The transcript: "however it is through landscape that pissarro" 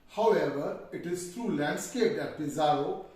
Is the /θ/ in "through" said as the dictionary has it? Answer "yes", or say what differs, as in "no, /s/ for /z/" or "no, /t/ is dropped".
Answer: no, /t/ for /θ/